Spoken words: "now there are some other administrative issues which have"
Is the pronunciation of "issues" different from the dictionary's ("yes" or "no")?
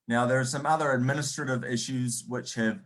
no